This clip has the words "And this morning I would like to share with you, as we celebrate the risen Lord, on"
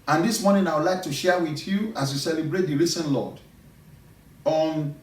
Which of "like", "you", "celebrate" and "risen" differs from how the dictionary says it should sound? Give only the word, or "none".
risen